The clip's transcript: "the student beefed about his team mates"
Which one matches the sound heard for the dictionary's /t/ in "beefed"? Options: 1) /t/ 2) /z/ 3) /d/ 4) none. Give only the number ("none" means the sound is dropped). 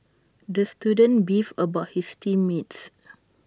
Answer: 4